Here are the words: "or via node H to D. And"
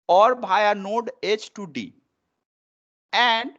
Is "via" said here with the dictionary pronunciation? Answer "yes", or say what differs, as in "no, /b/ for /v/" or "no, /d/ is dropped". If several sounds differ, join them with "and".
no, /b/ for /v/